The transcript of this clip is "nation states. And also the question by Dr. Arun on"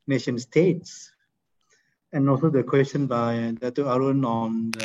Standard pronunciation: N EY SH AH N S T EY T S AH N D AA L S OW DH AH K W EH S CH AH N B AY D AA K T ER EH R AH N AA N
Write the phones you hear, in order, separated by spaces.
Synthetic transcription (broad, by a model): N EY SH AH N S T EY T S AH N AA L S OW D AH K W EH S CH AH N B AY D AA T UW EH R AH N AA N